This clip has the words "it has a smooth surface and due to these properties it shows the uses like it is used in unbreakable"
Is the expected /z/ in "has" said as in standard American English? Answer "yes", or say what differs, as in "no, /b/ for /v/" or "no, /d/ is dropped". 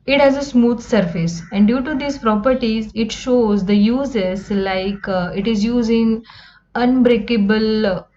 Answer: yes